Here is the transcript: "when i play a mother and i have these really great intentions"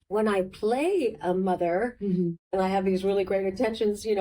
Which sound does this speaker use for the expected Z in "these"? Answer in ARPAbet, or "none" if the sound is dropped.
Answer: Z